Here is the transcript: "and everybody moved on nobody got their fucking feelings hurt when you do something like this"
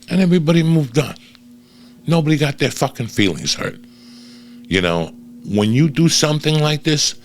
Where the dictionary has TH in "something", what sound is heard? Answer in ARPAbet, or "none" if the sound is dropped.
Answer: TH